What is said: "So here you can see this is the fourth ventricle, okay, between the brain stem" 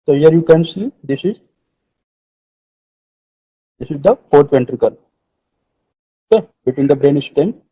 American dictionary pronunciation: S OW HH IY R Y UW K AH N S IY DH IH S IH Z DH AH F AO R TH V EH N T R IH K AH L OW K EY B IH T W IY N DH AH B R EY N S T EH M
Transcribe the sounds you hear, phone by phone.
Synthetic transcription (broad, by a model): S OW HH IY R Y UW K AH N S IY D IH S IH Z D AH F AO R T V EH N T R IH K AH L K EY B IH T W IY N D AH B R EY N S T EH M